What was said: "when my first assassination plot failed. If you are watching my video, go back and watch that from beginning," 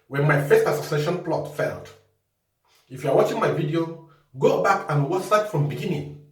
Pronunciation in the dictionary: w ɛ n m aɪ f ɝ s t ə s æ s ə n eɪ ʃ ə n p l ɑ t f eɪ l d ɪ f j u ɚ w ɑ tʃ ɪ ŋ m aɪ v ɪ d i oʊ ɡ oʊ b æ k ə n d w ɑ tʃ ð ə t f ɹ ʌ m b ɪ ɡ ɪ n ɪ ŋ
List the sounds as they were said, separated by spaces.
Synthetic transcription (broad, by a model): w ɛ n m aɪ f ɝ s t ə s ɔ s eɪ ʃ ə n p l ɑ t f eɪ l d ɪ f j u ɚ w ɑ tʃ ɪ ŋ m aɪ v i d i oʊ ɡ oʊ b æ k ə n w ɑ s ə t f ɹ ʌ m b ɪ ɡ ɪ n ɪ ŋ